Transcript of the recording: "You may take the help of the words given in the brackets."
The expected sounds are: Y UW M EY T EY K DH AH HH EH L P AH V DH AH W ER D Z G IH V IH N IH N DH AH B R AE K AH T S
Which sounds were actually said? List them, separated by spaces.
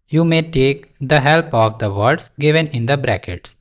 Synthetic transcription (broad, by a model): Y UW M EY T EY K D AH HH EH L P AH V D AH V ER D S G IH V IH N IH N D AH B R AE K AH T S